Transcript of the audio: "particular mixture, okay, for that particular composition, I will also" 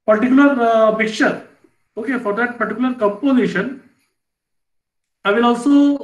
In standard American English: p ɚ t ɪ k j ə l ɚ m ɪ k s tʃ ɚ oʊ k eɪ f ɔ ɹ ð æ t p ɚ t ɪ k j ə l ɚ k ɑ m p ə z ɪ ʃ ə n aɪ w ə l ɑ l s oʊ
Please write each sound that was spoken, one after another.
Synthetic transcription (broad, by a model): p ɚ t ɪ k j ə l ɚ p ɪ k tʃ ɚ oʊ k eɪ f ɔ ɹ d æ t p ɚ t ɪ k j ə l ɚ k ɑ m p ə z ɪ ʃ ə n aɪ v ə l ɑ l s oʊ